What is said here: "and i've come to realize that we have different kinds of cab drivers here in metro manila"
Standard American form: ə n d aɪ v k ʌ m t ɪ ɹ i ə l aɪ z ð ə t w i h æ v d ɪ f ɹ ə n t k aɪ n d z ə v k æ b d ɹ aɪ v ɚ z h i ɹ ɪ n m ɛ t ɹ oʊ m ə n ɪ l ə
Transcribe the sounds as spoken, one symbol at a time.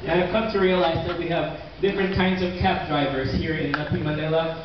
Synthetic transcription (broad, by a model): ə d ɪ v k ʌ m t ɪ ɹ i ə l aɪ z ð ə t w i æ v d ɪ f ɹ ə n k aɪ n d z ə v k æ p d ɹ aɪ v ɚ z h i ɹ ɪ n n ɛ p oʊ m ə n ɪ l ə